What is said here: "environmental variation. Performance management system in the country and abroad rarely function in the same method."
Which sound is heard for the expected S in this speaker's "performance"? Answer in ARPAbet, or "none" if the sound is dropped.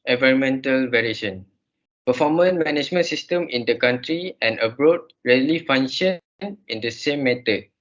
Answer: none